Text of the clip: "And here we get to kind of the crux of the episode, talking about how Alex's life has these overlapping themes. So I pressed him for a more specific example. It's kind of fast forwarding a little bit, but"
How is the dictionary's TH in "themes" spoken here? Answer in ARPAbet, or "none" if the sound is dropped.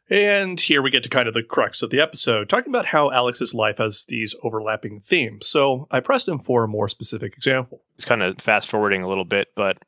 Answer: TH